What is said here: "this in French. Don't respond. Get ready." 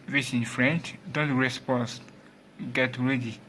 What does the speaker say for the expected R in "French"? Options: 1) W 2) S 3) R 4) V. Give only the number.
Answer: 3